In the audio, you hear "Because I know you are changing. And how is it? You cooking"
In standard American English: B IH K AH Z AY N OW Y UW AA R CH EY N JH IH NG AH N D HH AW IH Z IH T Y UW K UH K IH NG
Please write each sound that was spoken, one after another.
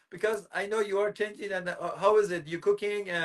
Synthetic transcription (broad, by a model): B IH K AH Z AY N OW Y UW AA R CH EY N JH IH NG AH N HH AW IH Z IH T Y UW K UH K IH NG